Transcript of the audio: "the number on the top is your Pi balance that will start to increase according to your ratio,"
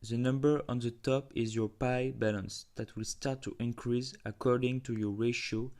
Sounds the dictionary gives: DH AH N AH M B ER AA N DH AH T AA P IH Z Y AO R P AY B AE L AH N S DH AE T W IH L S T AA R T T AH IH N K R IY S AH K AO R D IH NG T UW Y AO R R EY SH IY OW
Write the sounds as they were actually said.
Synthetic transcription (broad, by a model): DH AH N AH M B ER AA N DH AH T AA P IH Z Y AO R P AY B AE L AH N S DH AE T W IH L S T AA R T T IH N K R IY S AH K AO R D IH NG T UW Y AO R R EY SH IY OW